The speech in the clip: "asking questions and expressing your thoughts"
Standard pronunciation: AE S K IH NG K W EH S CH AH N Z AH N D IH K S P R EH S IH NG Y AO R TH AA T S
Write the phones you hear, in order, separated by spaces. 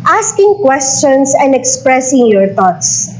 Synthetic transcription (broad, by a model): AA S K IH NG K W EH S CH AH N S AH N D IH K S P R EH S IH NG Y AO R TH AA T S